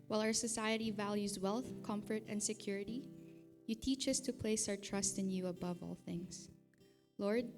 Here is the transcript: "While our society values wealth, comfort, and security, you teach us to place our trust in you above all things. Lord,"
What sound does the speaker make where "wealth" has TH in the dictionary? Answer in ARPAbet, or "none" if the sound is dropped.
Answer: TH